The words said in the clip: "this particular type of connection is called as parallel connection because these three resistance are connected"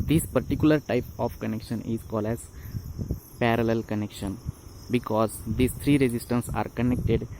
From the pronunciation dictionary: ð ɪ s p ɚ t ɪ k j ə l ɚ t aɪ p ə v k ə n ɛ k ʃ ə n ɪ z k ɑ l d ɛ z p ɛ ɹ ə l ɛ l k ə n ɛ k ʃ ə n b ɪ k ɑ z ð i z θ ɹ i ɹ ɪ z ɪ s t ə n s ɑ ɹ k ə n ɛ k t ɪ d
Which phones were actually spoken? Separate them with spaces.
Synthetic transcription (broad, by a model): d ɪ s p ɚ t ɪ k j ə l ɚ t aɪ p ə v k ə n ɛ k ʃ ə n ɪ z k ɑ l d ɛ z p ɛ ɹ ə l ɛ l k ə n ɛ k ʃ ə n b ɪ k ɑ z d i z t ɹ i ɹ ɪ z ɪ s t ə n s ɑ ɹ k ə n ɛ k t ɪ d